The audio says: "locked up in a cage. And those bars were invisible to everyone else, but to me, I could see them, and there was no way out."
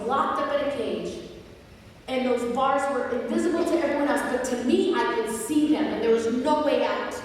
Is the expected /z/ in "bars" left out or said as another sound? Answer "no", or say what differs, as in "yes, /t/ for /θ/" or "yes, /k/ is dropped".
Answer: no